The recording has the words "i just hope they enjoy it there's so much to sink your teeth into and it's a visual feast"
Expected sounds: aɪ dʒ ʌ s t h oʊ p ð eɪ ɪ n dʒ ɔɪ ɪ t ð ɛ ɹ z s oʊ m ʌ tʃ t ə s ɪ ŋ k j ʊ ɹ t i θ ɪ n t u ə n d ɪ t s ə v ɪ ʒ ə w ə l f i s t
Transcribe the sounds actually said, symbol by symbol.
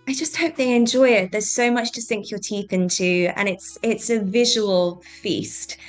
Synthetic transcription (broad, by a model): aɪ dʒ ʌ s t h oʊ p ð eɪ ɪ n dʒ ɔɪ ɪ t ð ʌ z s oʊ m ʌ tʃ t ə s ɪ ŋ k j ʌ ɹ t i θ ɪ n t u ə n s ɪ t s ə v ɪ ʒ ə w ə l f i s t